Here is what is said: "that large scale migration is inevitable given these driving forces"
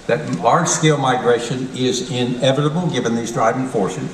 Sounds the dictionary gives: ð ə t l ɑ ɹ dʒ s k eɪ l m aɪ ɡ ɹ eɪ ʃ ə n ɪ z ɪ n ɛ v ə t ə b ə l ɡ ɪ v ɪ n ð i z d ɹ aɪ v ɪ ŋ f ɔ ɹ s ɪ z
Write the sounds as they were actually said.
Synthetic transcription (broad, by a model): ð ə t l ɑ ɹ dʒ s k eɪ l m aɪ ɡ ɹ eɪ ʃ ə n ɪ z ɪ n ɛ v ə t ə b l ɡ ɪ v ɪ n ð i z d ɹ aɪ v ɪ ŋ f ɔ ɹ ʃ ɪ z